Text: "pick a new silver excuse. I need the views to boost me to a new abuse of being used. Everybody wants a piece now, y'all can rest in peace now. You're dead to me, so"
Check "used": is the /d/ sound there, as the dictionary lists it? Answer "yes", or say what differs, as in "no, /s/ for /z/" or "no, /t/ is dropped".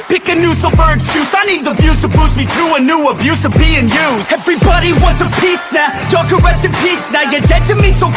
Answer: no, /d/ is dropped